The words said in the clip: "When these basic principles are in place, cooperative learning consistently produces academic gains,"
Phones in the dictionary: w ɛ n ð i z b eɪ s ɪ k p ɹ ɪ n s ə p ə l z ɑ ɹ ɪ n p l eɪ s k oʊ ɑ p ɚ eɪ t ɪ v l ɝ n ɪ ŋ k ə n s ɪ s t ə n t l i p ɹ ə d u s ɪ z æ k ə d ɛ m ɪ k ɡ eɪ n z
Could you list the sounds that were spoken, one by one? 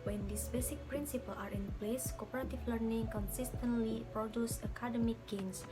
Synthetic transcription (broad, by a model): w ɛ n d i s b eɪ s ɪ k p ɹ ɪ n s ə p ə l ɑ ɹ ɪ n p l eɪ s k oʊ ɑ p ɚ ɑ t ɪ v l ɝ n ɪ ŋ k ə n s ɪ s t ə n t l i p ɹ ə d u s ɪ k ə d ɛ m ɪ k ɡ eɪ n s